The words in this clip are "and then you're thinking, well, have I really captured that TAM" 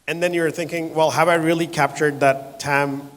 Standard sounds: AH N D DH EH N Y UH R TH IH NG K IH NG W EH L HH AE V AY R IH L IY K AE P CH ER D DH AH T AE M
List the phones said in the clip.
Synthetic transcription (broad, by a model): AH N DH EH N Y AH R TH IH NG K IH NG W EH L HH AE V AY R IH L IY K AE P CH ER D DH AH T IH M